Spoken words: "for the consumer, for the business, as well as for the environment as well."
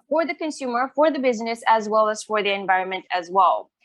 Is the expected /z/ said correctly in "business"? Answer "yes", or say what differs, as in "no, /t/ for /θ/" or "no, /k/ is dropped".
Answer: yes